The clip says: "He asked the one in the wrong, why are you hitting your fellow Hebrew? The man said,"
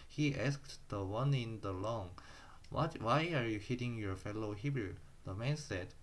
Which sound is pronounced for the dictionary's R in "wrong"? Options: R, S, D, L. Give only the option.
L